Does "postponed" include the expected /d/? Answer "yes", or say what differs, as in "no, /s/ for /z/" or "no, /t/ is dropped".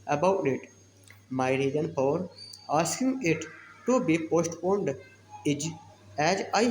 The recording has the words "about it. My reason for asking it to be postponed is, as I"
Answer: yes